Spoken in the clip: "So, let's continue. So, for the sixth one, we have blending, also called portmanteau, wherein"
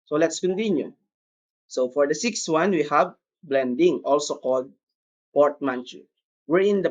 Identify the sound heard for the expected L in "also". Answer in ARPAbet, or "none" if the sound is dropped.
L